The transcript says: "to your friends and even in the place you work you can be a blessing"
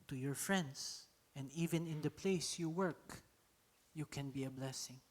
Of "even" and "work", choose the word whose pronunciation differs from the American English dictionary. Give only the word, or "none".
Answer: none